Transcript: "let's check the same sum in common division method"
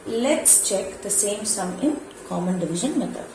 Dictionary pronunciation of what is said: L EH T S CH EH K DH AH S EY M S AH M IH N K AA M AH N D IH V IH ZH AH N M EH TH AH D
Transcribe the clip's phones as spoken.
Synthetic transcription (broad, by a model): L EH T S CH EH K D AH S EY M S AH M IH N K AA M AH N D IH V IH ZH AH N M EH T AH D